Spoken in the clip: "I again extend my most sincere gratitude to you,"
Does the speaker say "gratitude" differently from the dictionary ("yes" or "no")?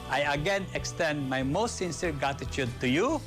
yes